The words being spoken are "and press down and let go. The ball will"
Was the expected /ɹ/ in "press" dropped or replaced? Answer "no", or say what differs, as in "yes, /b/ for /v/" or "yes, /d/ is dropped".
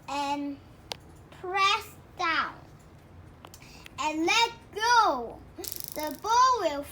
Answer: no